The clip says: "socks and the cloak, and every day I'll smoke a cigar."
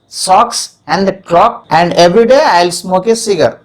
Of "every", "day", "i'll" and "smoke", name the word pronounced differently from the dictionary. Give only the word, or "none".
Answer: none